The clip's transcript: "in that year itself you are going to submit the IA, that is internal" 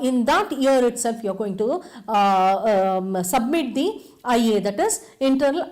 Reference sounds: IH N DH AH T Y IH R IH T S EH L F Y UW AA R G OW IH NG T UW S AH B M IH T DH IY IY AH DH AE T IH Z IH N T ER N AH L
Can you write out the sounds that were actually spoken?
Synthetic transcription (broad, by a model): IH N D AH T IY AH R IH T S EH L F Y UW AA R G OW IH NG T UW S AH B M IH T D IY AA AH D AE T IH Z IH N T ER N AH L